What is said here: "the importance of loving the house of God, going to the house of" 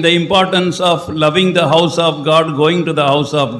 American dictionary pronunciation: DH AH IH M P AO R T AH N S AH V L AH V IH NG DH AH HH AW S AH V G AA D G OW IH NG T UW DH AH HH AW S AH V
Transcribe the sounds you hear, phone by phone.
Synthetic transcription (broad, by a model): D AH IH M P AO R T AH N S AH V L AH V IH NG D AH HH AW S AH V G AA D G OW IH NG T UW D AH HH AW S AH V